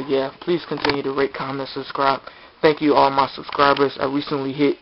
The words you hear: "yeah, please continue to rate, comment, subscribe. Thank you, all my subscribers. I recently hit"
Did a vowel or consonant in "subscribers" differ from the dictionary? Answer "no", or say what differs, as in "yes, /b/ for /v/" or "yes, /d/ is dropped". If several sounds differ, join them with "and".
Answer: no